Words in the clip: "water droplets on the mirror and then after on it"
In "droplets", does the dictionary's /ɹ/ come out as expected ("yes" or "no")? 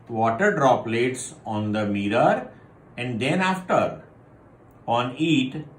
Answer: yes